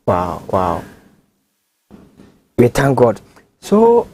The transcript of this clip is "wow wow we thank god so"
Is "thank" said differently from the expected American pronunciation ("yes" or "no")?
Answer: yes